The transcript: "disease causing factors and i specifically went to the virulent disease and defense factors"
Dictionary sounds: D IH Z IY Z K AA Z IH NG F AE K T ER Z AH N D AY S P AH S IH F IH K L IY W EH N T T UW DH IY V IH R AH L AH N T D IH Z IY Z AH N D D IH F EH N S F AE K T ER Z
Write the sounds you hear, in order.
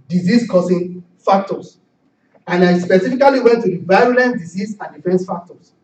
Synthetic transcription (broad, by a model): D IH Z IY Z K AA S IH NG F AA K T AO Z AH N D AY S P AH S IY F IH K L IY W EH N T T UW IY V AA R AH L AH N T D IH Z IY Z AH N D D IH F EH N S F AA K T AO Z